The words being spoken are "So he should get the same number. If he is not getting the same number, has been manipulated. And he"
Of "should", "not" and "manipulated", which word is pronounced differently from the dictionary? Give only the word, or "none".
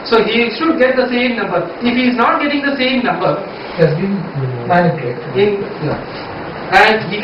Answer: manipulated